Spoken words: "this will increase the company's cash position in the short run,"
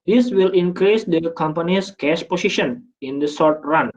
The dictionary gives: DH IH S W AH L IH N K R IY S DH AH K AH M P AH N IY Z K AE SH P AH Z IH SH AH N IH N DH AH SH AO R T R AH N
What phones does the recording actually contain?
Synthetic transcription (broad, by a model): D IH S W AH L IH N K R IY S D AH K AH M P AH N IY S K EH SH P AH S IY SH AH N IH N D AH S AO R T R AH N